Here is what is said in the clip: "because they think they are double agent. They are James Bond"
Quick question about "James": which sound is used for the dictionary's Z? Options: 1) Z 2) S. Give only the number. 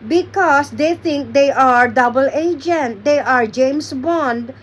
2